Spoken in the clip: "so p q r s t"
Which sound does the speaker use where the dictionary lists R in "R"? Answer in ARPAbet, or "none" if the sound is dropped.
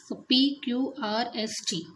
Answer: R